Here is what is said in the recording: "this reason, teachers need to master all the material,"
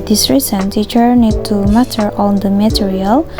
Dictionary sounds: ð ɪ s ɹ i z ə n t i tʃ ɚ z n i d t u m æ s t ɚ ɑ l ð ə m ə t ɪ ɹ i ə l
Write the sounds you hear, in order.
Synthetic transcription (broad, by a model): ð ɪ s ɹ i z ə n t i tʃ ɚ n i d t u m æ t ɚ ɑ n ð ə m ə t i ɹ i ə l